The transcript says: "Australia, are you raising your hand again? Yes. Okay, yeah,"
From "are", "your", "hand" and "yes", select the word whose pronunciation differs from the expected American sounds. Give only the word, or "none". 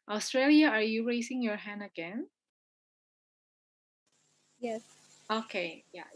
none